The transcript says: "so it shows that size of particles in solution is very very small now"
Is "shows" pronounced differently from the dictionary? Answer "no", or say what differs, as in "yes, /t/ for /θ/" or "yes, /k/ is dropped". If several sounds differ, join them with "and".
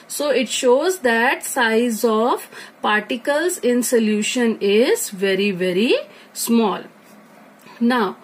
no